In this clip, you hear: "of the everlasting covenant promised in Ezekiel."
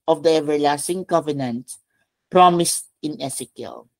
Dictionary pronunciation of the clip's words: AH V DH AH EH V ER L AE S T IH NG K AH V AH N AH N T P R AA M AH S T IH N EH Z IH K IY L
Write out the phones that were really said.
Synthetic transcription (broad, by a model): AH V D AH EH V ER L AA S T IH NG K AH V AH N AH N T P R AA M AH S T IH N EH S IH K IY L